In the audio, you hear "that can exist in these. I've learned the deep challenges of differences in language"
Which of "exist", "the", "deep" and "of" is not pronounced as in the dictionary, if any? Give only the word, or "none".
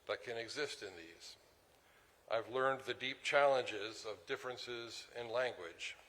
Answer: none